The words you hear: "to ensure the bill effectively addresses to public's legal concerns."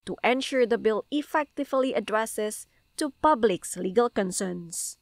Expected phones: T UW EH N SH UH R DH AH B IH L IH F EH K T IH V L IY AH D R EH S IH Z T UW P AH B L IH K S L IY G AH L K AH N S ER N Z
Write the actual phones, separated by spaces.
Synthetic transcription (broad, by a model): T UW EH N SH UH R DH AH B IH L IH F EH K T IH V L IY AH D R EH S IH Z T UW P AH B L IH K S L IY G AH L K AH N S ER N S